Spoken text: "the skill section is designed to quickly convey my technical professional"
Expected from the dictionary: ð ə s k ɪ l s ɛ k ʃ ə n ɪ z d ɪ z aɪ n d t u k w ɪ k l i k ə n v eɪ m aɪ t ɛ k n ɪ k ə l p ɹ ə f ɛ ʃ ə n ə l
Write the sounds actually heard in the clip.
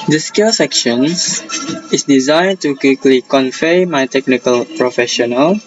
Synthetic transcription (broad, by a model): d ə s k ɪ l s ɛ k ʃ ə n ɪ s d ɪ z aɪ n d t u k w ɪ k l i k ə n f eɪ m aɪ t ɛ k n ɪ k ə l p ɹ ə f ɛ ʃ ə n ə l